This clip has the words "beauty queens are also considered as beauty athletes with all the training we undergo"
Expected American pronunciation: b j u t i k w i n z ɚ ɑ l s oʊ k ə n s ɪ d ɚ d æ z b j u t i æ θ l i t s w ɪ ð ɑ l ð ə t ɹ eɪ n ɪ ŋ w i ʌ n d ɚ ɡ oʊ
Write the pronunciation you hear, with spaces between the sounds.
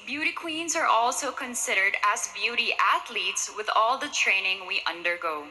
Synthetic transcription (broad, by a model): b j u t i k w i n z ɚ ɑ l s oʊ k ə n s ɪ d ɚ d æ z b j u t i æ θ l i t s w ɪ ð ɑ l ð ə t ɹ eɪ n ɪ ŋ w i ʌ n d ɚ ɡ oʊ